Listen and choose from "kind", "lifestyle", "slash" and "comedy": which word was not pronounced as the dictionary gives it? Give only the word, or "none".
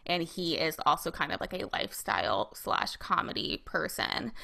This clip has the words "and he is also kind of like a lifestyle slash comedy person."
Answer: none